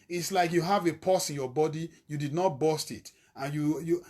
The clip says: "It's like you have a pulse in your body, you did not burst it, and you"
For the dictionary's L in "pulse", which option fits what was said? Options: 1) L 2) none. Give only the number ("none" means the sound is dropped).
2